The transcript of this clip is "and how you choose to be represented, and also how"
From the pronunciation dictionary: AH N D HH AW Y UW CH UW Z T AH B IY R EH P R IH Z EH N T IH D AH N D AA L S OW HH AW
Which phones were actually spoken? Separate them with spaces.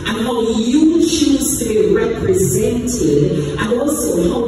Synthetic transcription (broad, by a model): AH N HH AW Y UW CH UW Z T AH B IY R EH P R IH Z EH N T IH D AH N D AA L S OW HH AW